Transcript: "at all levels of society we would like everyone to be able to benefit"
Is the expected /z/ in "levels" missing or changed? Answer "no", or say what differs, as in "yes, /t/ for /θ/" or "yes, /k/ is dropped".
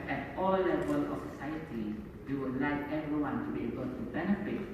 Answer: yes, /z/ is dropped